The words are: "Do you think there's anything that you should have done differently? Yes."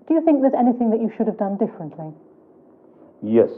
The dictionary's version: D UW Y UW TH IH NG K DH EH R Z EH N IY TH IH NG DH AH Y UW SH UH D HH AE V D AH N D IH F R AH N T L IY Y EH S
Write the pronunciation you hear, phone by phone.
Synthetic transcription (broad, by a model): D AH Y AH TH IH NG K DH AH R Z EH N IY TH IH NG DH AH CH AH SH UH D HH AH V D AH N D IH F R AH N T L IY Y EH S